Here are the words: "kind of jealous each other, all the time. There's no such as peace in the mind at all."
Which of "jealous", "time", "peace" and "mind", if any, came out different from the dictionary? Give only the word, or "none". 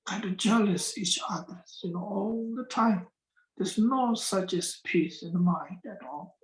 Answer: none